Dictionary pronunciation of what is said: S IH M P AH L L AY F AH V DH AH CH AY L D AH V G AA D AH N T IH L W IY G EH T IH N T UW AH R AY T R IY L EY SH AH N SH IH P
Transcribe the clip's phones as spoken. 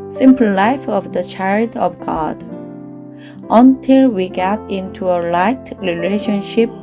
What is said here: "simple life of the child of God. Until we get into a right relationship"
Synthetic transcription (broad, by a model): S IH M P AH L L AY F AH V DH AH CH AY L D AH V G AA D AH N T IH L W IY G EH T IH N T UW AH L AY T R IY L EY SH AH N SH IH P